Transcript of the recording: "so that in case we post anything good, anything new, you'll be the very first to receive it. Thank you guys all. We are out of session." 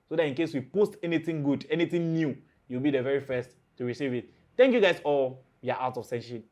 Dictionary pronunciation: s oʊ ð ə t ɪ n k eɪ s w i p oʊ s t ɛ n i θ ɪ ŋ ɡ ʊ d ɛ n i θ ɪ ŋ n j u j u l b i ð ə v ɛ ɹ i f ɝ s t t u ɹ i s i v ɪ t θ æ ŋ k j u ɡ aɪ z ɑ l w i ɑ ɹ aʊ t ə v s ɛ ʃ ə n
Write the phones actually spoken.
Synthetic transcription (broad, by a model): s oʊ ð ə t ɪ n k eɪ s w i p oʊ s t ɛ n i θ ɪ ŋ ɡ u d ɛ n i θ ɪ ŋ n j u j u w b i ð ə v ɛ ɹ i f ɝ s t t u ɹ i s i v ɪ t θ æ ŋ k j u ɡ aɪ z ɑ l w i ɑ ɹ aʊ t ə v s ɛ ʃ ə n